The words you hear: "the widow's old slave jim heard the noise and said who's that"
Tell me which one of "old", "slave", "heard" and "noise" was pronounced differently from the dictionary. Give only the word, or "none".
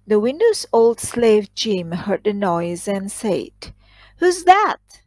none